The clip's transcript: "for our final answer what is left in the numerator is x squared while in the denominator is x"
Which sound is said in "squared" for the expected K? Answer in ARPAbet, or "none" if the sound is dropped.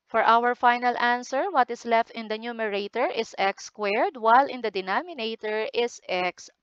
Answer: K